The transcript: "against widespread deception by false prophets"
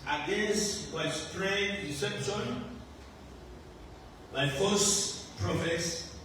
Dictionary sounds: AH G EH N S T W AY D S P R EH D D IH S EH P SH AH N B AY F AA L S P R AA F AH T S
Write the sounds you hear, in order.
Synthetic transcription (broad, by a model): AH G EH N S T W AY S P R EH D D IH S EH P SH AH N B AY F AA S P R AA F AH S